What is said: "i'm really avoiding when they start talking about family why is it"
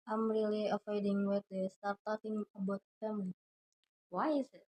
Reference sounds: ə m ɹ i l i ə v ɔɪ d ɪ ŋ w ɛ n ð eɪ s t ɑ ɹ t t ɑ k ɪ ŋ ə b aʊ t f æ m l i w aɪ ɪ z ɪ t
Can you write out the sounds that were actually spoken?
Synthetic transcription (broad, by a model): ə m ɹ i l i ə f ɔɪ d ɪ ŋ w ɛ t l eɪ s t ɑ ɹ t t ɑ k ɪ ŋ ə b aʊ t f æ m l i w aɪ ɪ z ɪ t